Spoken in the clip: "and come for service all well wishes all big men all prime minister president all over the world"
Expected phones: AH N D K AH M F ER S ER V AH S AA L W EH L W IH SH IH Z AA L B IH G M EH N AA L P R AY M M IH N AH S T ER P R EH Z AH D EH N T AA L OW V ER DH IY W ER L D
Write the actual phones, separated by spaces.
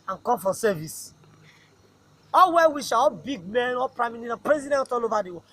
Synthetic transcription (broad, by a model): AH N K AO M F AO S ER V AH S AA L W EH W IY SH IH AA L B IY G M EH N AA P R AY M M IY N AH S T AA P R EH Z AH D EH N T AA L OW V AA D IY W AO